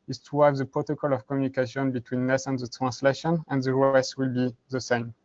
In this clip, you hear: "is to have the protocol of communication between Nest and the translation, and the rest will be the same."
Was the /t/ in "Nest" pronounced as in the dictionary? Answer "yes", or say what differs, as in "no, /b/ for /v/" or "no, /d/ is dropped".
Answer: no, /t/ is dropped